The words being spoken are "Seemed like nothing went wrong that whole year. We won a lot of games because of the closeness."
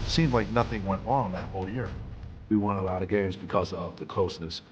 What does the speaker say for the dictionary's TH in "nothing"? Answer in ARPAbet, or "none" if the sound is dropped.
TH